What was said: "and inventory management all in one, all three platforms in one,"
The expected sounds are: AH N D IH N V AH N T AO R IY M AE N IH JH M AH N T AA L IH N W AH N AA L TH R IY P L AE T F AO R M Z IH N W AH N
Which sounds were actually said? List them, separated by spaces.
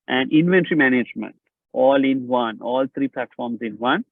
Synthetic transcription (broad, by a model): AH N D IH N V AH N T R IY M AE N IH JH M AH N T AA L IH N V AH N AA L T R IY P L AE T F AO R M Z IH N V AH N